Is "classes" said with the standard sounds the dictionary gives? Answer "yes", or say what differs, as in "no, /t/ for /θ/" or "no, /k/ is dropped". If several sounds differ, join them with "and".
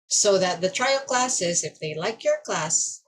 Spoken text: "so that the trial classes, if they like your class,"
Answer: yes